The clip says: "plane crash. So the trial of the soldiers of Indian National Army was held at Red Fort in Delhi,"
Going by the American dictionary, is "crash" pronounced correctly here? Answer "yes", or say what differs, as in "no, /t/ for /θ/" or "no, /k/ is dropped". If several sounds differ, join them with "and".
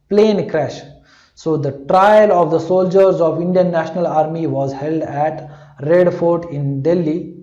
yes